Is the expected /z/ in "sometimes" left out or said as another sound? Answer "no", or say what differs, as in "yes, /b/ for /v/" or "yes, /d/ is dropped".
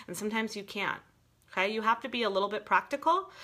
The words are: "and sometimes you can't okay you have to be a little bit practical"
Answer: no